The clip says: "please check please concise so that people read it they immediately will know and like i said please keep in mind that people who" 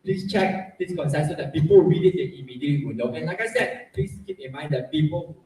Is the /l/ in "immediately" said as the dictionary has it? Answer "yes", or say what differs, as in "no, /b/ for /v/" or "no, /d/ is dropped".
no, /l/ is dropped